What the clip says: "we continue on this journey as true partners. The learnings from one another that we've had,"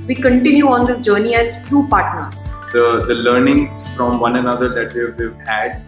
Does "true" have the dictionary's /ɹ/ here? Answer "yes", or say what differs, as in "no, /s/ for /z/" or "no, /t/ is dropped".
no, /ɹ/ is dropped